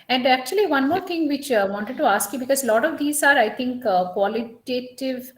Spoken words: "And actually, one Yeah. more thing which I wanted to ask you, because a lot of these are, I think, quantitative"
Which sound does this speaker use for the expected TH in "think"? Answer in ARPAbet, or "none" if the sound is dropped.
T